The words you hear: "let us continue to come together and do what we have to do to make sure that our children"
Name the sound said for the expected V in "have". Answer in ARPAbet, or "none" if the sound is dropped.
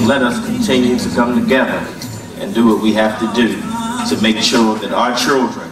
F